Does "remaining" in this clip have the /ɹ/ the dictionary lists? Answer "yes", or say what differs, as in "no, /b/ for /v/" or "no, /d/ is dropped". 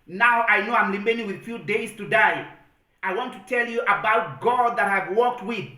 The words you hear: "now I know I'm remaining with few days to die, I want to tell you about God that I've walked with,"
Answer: no, /l/ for /ɹ/